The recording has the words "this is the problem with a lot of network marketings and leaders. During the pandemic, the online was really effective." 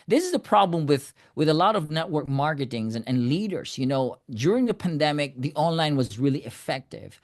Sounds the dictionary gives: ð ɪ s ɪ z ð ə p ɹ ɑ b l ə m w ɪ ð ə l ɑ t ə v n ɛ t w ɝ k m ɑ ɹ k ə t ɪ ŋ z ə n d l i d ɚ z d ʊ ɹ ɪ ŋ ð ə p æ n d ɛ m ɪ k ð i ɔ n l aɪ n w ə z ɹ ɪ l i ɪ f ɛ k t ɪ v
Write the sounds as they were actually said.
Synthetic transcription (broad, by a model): ð ɪ s ɪ z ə p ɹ ɑ b l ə m w ɪ ð ə l ɑ t ə v n ɛ t w ɝ k m ɑ ɹ k ə t ɪ ŋ z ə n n l i d ɚ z d ʊ ɹ ɪ ŋ ð ə p æ n d ɛ m ɪ k ð i ɔ n l aɪ n w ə z ɹ ɪ l i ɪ f ɛ k t ɪ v